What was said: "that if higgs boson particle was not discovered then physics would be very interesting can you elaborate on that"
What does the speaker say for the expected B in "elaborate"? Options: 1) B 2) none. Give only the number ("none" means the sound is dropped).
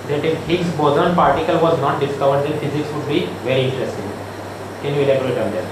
2